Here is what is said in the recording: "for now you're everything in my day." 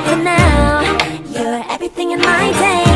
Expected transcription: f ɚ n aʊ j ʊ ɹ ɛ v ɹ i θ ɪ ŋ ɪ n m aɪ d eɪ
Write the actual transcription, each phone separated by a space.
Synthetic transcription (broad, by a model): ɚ n aʊ j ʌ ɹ ɛ v ɹ i θ ɪ ŋ ɪ n m aɪ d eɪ